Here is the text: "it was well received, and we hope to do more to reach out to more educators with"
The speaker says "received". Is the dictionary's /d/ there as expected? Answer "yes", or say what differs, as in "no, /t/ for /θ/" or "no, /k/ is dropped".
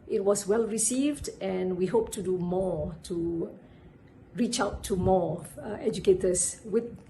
yes